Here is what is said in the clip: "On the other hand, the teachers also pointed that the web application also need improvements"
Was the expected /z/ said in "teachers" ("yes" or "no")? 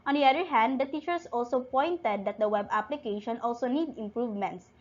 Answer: no